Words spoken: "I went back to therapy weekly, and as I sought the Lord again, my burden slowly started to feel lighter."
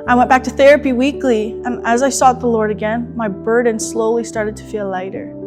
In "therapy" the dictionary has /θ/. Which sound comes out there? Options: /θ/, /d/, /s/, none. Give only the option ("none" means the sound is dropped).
/θ/